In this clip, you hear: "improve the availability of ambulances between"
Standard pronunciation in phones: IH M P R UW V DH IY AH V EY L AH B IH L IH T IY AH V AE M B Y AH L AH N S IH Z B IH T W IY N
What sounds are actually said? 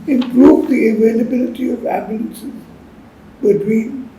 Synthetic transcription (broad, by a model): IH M P R UW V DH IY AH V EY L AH B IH L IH T IY AH V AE B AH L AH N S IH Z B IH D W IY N